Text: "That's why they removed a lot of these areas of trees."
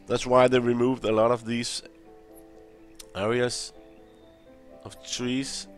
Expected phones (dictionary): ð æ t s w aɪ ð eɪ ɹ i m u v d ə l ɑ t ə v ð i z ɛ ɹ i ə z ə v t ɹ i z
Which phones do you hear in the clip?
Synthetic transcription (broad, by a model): ð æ t s w aɪ ð eɪ ɹ i m u v d ə l ɑ t ə v ð i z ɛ ɹ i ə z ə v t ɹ i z